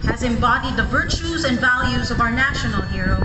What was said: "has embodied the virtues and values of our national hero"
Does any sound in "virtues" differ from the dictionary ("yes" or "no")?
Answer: no